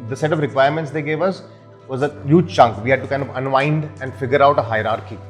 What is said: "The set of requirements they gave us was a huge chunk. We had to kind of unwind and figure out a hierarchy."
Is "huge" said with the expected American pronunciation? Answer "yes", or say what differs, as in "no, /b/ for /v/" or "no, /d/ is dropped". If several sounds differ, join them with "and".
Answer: yes